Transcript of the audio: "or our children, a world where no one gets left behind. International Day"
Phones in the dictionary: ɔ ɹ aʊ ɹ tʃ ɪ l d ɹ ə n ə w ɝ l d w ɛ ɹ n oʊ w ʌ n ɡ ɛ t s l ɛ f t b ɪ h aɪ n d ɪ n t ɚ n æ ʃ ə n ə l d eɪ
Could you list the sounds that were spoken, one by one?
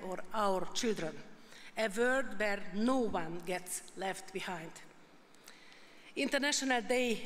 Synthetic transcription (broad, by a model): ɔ ɹ aʊ ɹ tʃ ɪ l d ɹ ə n ə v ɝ d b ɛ ɹ n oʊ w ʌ n ɡ ɛ t s l ɛ f t b ɪ h aɪ n d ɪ n t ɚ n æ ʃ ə n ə l d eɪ